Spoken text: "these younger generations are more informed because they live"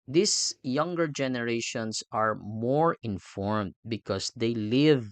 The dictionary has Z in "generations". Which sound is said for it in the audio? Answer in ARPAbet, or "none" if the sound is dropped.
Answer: S